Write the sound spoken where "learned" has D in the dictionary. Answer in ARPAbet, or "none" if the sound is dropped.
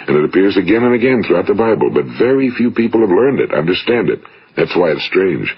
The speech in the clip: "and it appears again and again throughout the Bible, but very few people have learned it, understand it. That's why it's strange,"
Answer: D